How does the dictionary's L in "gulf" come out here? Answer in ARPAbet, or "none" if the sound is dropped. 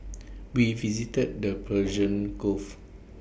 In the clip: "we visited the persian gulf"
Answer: none